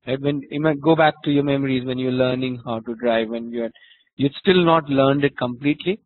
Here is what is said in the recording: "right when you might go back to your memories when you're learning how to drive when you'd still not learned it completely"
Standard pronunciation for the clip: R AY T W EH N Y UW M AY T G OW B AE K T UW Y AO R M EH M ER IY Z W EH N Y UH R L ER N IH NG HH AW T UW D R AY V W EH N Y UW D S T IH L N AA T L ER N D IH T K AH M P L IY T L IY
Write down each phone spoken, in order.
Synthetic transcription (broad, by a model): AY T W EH N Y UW M AY T G OW B AE K T UW Y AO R M EH M ER IY Z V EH N Y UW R L ER N IH NG HH AW T UW D R AY V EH N Y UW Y S T IH L N AA T L ER N D IH T K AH M P L IY T L IY